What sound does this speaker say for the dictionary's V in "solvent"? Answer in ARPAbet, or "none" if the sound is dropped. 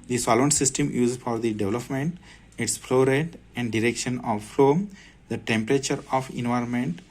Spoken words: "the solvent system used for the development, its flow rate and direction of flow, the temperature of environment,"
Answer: none